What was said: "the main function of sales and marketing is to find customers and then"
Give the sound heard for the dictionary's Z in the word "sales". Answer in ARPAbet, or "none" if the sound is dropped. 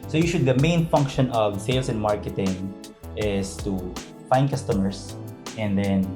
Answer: S